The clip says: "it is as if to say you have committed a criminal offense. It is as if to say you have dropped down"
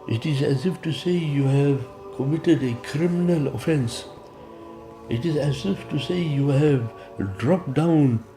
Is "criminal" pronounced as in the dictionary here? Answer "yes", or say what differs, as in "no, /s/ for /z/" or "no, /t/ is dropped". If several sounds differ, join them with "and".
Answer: yes